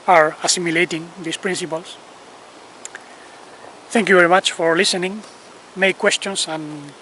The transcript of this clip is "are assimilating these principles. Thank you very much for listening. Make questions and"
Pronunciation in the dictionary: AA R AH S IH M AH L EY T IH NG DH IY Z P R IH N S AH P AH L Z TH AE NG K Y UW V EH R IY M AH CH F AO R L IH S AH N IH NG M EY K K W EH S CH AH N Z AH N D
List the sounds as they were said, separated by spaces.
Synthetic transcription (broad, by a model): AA R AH S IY M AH L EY T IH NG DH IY S P R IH N S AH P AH L S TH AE NG K Y UW V EH R IY M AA CH F AO R L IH S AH N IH NG M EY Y K W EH S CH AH N S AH N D